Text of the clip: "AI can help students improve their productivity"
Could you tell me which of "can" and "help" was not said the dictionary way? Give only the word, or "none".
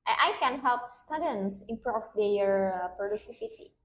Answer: none